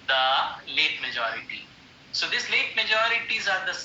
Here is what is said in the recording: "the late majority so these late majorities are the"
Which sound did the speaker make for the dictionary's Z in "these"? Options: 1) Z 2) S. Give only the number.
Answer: 2